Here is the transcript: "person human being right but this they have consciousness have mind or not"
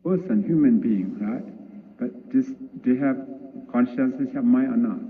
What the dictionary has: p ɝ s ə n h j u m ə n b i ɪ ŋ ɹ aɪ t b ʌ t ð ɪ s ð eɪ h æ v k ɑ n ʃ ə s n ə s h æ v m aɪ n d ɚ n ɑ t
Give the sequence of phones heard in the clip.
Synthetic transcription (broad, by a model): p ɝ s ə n h j u m ə n b i ɪ ŋ ɹ aɪ t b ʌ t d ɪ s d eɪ h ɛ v k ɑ n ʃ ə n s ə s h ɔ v m aɪ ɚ n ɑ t